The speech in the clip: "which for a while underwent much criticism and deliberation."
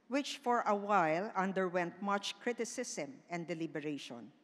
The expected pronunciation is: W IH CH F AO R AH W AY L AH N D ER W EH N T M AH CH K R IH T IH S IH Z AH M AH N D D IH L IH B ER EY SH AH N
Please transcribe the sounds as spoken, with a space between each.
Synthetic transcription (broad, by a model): W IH CH F AO R AH W AY L AH N D ER W EH N T M AH CH K R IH T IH S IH S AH M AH N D D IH L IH B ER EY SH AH N